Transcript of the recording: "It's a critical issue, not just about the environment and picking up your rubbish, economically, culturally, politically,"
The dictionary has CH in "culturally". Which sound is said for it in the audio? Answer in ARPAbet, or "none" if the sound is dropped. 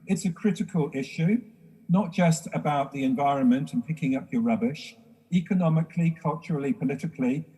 CH